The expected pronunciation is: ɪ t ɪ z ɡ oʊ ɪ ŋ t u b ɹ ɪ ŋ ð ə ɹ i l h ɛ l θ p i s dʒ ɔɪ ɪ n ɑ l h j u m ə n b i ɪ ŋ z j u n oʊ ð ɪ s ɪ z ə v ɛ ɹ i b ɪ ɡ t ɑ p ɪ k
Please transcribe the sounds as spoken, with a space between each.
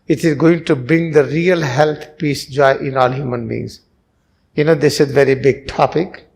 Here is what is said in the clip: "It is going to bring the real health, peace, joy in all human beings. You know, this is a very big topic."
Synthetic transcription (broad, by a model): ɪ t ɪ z ɡ oʊ ɪ ŋ t u b ɹ ɪ ŋ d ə ɹ i l h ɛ l t p i s dʒ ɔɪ ɪ n ɑ l h j u m ə n b i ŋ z j u n oʊ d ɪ s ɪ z v ɛ ɹ i b ɪ ɡ t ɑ p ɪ k